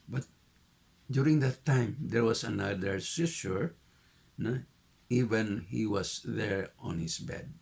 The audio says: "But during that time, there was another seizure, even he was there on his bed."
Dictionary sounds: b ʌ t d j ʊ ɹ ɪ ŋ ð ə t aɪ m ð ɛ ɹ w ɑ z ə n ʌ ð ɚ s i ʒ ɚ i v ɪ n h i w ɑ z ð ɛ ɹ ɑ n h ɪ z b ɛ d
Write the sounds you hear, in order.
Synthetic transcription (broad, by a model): b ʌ t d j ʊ ɹ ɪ ŋ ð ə t aɪ m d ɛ ɹ w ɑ s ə n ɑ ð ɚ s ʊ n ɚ i v ɪ n h i w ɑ s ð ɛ ɹ ɑ n h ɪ s b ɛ d